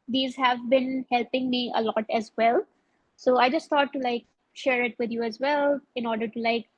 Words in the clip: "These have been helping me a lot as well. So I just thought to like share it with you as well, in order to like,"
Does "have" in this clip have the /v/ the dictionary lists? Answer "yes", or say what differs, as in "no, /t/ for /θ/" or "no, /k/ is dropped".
yes